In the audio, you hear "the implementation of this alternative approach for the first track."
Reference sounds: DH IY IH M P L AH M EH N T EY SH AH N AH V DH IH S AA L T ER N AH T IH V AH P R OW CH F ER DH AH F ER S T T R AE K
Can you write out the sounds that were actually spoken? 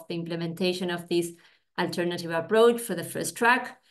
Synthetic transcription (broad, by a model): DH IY IH M P L AH M EH N T EY SH AH N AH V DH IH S AA L T ER N AH T IH V AH P R OW CH F ER DH AH F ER S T T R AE K